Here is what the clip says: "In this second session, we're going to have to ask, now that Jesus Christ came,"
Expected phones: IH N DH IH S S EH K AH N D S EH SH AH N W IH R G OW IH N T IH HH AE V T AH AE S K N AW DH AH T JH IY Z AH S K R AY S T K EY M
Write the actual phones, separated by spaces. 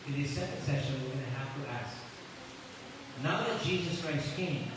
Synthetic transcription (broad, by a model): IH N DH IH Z S EH K AH N D S EH SH AH N W IH R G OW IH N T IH HH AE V T AH AE S K N AW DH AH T JH IY Z AH S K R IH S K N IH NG